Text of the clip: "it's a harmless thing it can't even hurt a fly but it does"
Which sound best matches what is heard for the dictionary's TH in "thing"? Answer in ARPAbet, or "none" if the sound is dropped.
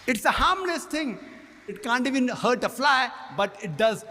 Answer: T